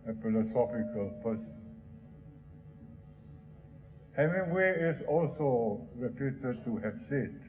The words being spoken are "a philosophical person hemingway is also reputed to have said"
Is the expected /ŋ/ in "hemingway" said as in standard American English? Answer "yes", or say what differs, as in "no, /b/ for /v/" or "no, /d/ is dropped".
no, /ŋ/ is dropped